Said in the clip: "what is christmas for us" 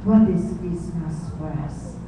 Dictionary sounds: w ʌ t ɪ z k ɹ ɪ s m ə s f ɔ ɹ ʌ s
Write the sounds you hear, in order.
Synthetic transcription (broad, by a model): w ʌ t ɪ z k ɪ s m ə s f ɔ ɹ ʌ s